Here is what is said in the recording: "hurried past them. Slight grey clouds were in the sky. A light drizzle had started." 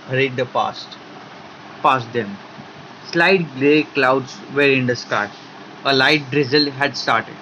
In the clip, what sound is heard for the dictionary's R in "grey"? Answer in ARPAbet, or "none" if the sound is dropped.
L